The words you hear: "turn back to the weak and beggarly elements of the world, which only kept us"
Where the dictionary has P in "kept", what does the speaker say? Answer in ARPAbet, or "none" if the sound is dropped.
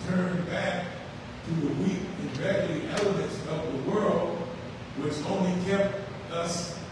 P